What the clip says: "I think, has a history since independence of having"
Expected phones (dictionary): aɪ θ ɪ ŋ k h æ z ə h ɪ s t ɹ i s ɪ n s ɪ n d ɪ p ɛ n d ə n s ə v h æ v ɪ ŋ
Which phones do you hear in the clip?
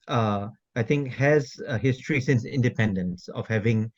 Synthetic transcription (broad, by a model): aɪ t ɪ ŋ k h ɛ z ə h ɪ s t ɹ i s ɪ n s ɪ n d ɪ p ɛ n d ə n s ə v h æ v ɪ ŋ